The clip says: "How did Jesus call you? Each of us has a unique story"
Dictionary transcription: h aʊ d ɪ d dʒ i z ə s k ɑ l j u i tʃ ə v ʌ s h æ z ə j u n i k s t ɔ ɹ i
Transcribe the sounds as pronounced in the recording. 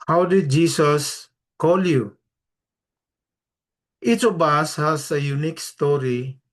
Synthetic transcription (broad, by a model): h aʊ d ɪ d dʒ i s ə s k ɑ l j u i tʃ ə b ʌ s h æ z ə j u n i k s t ɔ ɹ i